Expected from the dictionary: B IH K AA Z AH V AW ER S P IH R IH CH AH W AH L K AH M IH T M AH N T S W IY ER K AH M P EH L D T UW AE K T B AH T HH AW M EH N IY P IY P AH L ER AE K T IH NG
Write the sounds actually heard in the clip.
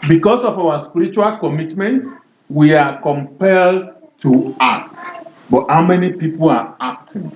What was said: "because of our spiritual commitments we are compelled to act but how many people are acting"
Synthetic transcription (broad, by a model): B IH K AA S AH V AW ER S P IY R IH CH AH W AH L K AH M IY T M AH N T W IY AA K AH M P EH L D T UW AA K T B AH T HH AW M EH N IY P IY P AH L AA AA K T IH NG